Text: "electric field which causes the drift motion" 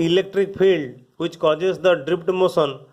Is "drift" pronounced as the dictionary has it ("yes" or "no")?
no